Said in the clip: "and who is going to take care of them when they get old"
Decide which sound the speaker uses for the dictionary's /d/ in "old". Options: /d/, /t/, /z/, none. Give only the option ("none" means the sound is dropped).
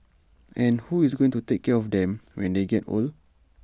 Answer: none